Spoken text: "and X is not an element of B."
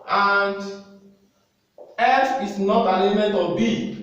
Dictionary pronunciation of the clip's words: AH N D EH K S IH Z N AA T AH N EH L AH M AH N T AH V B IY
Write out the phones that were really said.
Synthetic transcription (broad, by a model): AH N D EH S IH S N AA T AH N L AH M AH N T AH B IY